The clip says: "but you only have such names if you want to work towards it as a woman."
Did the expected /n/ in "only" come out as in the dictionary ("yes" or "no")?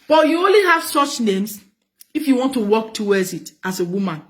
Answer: yes